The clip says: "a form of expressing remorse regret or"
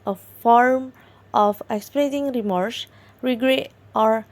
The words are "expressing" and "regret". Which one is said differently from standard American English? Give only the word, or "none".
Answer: expressing